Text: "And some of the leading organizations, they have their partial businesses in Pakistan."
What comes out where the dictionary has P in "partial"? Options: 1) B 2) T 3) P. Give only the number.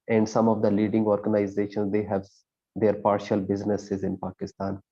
3